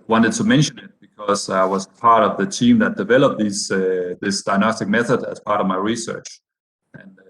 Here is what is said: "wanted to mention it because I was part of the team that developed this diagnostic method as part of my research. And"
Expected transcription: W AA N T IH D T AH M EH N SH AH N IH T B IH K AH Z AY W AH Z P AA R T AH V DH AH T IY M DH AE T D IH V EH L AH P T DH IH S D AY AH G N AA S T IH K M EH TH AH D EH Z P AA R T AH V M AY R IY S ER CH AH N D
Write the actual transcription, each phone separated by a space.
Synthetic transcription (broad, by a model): W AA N T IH D T AH M EH N SH AH N IH T B IH K AH Z AY W AH Z P AA R T AH V DH AH T IY M DH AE T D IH V EH L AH P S DH IH S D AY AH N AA S T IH K M EH TH AH D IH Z P AA R T AH V M AY R IY S ER CH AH N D